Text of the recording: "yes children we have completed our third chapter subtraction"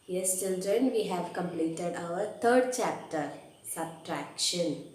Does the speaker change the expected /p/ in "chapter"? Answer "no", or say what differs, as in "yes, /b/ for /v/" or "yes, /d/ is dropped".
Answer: no